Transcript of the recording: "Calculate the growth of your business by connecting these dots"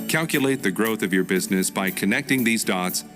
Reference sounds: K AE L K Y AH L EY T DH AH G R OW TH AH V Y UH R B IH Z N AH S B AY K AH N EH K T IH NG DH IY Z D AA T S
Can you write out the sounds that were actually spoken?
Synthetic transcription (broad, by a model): K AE L K Y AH L EY T DH AH G R OW TH AH V Y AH R B IH Z N AH S B AY K AH N EH K T IH NG DH IY Z D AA T S